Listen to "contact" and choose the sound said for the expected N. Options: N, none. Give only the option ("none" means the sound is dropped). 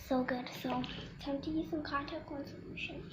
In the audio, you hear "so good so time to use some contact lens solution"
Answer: none